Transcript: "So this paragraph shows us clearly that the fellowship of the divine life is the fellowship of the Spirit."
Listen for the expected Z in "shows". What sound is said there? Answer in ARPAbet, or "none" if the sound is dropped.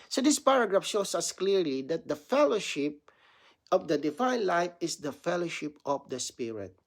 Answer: S